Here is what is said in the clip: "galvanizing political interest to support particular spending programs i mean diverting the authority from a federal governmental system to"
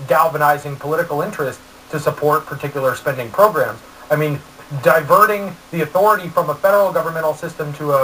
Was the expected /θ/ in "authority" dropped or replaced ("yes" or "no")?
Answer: no